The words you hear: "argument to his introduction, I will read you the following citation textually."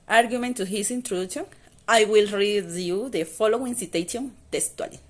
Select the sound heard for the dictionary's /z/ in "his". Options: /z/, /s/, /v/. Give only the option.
/s/